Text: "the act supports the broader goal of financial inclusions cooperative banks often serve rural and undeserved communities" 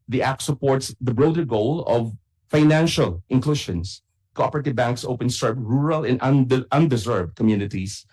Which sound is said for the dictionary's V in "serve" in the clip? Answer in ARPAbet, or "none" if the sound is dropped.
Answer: P